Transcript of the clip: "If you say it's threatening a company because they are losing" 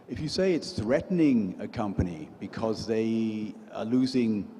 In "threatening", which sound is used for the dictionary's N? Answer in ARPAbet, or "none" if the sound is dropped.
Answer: N